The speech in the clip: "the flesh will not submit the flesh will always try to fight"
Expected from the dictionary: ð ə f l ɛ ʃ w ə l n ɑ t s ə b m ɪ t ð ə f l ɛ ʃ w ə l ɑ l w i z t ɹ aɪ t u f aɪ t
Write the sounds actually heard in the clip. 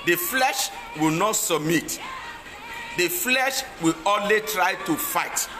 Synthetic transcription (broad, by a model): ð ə f l ɛ ʃ w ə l n ɑ t s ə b m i t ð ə f l ɛ ʃ w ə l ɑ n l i t ɹ aɪ t u f aɪ t